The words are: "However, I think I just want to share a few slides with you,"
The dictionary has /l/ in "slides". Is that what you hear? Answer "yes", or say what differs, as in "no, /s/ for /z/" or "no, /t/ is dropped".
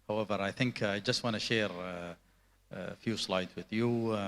yes